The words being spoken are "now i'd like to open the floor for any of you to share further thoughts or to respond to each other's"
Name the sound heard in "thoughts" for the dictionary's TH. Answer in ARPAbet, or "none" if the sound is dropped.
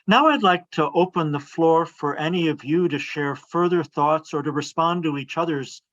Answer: TH